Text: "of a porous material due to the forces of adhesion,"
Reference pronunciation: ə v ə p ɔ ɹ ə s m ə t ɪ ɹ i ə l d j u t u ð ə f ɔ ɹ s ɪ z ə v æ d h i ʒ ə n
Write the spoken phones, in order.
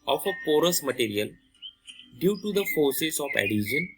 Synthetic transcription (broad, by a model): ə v ə p ɔ ɹ ə s m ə t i ɹ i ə l d j u t u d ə f ɔ ɹ s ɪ s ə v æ d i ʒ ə n